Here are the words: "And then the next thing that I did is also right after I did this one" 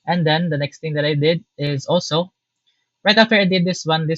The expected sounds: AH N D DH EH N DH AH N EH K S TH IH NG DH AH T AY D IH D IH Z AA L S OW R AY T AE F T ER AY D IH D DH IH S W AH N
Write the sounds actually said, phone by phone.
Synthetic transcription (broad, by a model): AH N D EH N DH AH N EH K S T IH NG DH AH T AY D IH D IH Z AA L S OW R AY T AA F T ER AY D IH D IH S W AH N